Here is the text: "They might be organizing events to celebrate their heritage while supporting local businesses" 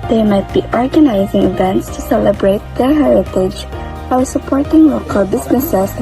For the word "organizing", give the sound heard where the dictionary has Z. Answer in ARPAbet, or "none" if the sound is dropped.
Z